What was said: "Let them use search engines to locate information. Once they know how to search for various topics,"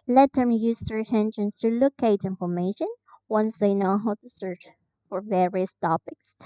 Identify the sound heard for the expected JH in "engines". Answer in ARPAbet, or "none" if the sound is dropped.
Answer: SH